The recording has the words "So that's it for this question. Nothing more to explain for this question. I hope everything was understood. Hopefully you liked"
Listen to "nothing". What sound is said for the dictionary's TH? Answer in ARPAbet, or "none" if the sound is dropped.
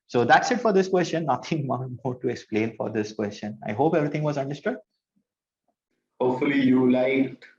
T